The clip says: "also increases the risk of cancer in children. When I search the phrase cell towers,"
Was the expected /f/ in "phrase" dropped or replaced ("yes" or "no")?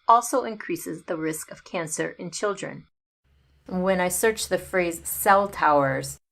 no